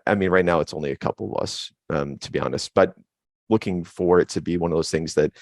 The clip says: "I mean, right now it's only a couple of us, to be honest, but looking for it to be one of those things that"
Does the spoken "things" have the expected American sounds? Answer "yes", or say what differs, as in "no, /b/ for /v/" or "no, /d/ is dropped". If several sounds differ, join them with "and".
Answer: yes